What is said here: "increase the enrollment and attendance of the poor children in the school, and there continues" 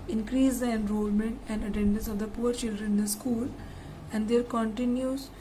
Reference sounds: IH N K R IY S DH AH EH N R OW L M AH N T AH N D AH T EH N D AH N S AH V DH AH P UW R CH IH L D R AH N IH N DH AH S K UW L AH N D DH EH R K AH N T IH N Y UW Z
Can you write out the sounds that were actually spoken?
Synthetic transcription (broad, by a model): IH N K R IY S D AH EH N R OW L M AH N T AH N D AH T EH N D AH N S AH V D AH P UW R CH IH L D R AH N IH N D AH S K UW L AH N D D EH R K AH N T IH N Y UW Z